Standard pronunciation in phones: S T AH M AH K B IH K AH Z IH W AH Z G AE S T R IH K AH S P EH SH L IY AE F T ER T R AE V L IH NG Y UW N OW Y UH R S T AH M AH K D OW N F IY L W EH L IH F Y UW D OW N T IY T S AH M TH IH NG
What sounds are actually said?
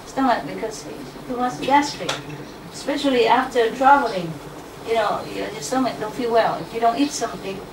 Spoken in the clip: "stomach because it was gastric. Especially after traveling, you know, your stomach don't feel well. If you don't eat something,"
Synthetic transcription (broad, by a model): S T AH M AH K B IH K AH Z IH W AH S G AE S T IH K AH S P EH SH L IY AE F T ER T R AE V L IH NG Y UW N OW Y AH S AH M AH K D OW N F IY L W EH L IH F Y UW D OW N T IY T S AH M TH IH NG